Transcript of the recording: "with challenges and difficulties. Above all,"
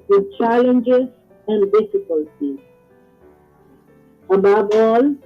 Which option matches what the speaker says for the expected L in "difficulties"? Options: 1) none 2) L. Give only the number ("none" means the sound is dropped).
2